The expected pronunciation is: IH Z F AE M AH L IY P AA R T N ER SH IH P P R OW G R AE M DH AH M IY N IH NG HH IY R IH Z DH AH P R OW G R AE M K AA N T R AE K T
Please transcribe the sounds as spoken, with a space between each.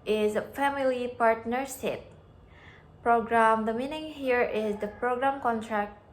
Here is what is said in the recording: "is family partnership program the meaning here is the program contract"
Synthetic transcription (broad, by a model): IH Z F AE M AH L IY P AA R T N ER S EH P P R OW G R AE M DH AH M IY N IH NG HH IY R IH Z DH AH P R OW G R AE M K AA N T R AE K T